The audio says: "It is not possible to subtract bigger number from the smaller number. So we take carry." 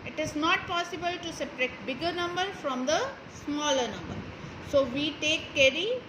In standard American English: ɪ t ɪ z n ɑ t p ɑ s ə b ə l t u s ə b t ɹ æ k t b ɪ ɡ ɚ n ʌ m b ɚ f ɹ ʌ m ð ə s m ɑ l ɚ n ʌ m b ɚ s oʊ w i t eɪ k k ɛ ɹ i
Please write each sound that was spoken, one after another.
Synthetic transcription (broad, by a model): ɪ t ɪ z n ɑ t p ɑ s ə b ə l t u s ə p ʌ ɹ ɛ t b ɪ ɡ ɚ n ʌ m b ɚ f ɹ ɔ m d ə s m ɑ l ɚ n ʌ m b ɚ s oʊ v i t eɪ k k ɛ ɹ i